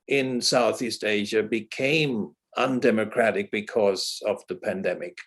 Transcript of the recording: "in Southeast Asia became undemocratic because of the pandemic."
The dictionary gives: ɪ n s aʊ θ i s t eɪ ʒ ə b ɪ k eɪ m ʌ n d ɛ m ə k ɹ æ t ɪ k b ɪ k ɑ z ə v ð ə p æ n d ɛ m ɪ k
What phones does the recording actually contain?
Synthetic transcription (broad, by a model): ɪ n s aʊ θ i s t eɪ ʒ ə b ɪ k eɪ m ʌ n d ɛ m ə k ɹ æ t ɪ k b ɪ k ɑ z ə v ð ə p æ n d ɛ m ɪ k